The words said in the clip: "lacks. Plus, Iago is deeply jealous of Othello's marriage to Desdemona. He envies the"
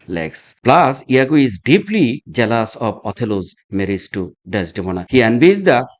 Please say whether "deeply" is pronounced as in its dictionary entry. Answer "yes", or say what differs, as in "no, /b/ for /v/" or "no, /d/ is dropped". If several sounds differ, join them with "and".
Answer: yes